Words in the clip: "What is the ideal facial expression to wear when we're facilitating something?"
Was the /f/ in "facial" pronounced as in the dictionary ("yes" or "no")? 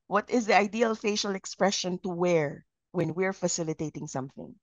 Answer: yes